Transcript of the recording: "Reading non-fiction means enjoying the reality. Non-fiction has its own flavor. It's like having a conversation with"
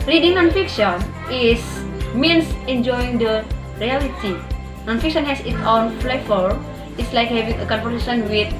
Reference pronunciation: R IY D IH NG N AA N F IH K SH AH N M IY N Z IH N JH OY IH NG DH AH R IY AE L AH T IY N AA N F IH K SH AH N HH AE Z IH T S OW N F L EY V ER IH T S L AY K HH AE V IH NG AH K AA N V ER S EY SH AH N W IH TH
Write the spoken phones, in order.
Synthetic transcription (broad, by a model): R IY D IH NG N AA N F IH K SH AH N M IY N S IH N JH OY IH NG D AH R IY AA L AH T IY N AA N F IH K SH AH N HH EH S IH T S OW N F L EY F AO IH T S L AY K HH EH V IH NG AH K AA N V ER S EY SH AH N W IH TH